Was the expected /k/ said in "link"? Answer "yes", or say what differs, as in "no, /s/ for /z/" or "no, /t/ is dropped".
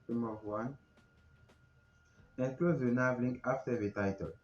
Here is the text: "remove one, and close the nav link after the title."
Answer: no, /k/ is dropped